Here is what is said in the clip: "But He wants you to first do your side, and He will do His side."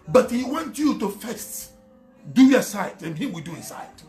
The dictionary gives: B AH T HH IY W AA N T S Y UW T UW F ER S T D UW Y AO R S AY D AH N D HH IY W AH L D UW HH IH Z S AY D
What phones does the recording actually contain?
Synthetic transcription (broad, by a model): B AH T HH IY W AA N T Y UW T UW F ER S T D UW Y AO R S AY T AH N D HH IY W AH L D UW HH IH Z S AY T